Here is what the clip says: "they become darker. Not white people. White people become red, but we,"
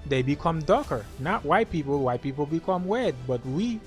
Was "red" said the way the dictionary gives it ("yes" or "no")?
no